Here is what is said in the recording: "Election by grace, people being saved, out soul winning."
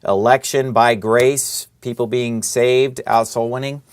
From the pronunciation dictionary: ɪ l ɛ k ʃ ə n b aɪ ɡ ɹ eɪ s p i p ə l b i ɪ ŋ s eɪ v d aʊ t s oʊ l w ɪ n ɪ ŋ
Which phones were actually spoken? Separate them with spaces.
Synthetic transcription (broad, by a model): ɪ l ɛ k ʃ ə n b aɪ ɡ ɹ eɪ s p i p l b i ɪ ŋ s eɪ v d aʊ t s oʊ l w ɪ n ɪ ŋ